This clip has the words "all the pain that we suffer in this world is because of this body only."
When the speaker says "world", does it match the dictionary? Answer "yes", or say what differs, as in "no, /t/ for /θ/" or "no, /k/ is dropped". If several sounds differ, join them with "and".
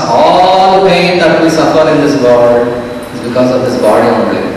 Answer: no, /l/ is dropped